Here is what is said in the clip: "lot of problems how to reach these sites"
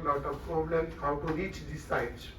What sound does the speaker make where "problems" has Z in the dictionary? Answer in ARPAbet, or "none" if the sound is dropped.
none